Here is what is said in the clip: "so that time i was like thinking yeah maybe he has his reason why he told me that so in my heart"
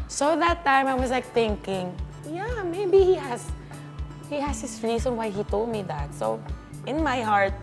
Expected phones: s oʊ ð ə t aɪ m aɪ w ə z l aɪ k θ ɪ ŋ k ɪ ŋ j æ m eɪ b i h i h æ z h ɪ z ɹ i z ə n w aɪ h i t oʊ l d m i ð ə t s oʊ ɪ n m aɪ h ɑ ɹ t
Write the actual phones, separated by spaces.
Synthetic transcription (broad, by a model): s oʊ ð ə t aɪ m aɪ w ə s l aɪ k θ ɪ ŋ k ɪ ŋ j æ m eɪ b i h i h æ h h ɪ s ɹ i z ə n w aɪ h i t oʊ l d m i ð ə t s oʊ ɪ n m aɪ h ɑ ɹ t